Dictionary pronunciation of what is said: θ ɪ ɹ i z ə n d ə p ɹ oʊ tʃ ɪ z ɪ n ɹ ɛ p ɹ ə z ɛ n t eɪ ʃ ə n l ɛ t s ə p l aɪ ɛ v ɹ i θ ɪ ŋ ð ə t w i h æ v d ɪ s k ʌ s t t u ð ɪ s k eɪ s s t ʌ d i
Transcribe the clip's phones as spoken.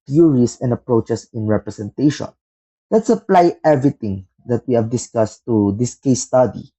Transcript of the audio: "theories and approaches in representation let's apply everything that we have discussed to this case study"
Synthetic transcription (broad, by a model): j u ɹ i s ə n d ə p ɹ oʊ tʃ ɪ s ɪ n ɹ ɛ p ɹ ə s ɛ n t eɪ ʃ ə n l ɛ t s ə p l aɪ ɛ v ɹ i t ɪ ŋ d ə t w i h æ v d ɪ s k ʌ s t t u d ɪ s k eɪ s s t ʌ d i